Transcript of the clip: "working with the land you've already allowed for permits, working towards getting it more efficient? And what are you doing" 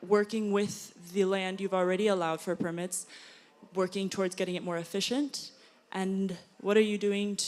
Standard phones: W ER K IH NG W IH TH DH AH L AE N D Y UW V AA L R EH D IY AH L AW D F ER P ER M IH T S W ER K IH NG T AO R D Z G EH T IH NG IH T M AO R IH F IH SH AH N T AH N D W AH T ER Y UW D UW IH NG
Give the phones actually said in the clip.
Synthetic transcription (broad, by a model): W ER K IH NG W IH DH AH L AE N D Y UW V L R EH D IY AH L AW D F ER P ER M IH T S W ER K IH NG T AO R D Z G EH T IH NG IH T M AO R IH F IH SH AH N T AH N W AH T ER Y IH D UW IH NG